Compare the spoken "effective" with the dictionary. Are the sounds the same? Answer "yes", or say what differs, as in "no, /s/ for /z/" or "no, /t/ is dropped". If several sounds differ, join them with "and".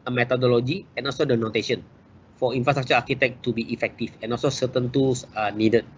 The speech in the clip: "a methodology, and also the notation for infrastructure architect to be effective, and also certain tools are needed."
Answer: no, /f/ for /v/